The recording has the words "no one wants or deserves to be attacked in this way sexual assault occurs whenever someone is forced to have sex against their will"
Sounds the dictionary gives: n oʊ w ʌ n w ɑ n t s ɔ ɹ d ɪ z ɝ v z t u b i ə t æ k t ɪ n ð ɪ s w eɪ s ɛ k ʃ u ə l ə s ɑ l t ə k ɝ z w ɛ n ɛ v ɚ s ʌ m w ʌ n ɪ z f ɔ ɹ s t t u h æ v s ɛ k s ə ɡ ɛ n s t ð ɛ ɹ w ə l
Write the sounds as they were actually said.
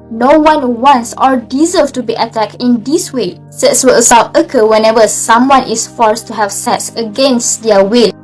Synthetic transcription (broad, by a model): n oʊ w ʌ n w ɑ n s ɔ ɹ d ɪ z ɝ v t u b i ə t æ k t ɪ n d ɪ s w eɪ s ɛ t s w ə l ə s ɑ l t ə k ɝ w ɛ n ɛ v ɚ s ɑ m w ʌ n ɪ s f ɔ ɹ s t t u h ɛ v s ɛ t s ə ɡ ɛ n s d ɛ w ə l